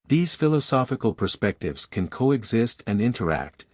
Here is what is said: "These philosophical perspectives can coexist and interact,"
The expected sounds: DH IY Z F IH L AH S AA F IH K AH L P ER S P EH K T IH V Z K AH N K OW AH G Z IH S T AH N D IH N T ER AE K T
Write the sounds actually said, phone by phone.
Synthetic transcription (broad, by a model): DH IY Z F IH L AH S AA F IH K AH L P ER S P EH K T IH V Z K AH N K OW AH G Z IH S T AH N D IH N T ER AE K T